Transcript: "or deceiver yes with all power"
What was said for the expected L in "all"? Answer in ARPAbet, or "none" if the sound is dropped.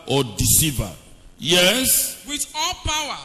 L